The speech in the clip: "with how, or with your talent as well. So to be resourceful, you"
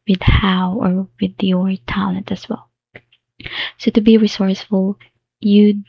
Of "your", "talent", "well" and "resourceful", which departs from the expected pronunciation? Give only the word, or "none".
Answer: talent